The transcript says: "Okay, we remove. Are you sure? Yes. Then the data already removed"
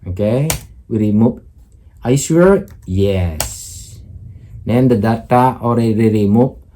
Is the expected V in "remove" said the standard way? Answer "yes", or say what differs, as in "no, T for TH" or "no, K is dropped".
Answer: no, P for V